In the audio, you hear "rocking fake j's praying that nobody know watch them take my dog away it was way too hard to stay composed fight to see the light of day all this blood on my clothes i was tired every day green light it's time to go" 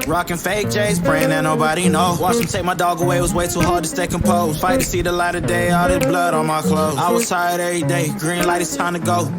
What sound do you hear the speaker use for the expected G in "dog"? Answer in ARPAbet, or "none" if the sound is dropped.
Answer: G